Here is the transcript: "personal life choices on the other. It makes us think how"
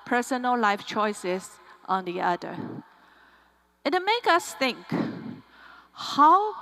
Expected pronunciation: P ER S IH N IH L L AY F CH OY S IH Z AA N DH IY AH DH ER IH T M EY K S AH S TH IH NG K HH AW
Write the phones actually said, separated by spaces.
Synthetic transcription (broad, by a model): P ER S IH N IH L L AY F CH OY S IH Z AA N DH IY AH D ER IH T M EY K AH S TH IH NG K HH AW